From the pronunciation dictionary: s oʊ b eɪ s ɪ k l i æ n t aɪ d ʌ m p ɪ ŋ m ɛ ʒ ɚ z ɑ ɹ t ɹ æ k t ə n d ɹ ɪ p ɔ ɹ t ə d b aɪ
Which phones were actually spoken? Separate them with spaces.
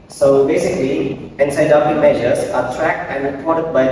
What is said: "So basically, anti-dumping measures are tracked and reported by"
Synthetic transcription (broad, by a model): s oʊ b eɪ s ɪ k l i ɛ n s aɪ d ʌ p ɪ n m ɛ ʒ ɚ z ɑ ɹ t ɹ æ k t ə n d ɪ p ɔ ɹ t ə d b aɪ